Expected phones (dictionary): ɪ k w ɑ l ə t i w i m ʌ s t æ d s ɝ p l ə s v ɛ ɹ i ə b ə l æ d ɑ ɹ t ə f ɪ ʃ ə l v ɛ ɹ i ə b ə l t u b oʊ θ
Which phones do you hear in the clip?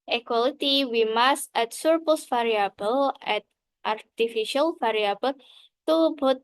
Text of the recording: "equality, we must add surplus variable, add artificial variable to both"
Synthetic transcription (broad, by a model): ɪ k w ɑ l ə t i w i m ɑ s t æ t s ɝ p ə s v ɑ ɹ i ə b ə l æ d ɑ ɹ t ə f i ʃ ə l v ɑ ɹ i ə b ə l t u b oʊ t